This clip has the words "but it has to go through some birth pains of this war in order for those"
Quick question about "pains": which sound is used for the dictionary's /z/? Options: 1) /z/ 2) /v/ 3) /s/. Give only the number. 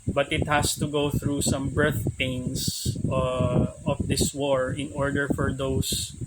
3